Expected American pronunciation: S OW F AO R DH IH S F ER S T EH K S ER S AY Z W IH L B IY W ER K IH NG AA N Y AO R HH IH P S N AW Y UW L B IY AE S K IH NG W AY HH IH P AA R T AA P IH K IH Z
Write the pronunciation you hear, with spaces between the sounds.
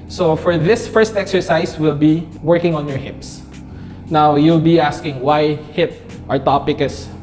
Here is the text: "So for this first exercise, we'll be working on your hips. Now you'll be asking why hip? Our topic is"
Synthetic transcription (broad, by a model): S OW F AO R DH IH S F ER S T EH K S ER S AY S W IH L B IY W ER K IH NG AA N Y AO R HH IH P S N AW Y UW L B IY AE S K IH NG W AY HH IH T AA R T AA P IH K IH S